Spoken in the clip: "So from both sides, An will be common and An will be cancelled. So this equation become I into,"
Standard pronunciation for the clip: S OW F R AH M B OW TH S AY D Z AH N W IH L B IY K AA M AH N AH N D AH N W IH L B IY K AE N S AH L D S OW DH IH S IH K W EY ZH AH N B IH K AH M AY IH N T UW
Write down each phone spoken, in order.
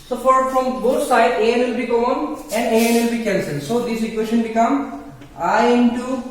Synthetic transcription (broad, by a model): S OW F R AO M B OW T S AY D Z AH N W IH L B IY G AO AH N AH N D AH N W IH L B IY K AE N S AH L S OW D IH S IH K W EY SH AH N B IH K AH M AY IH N T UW